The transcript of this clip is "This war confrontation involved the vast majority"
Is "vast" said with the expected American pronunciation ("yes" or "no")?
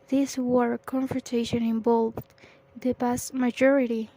no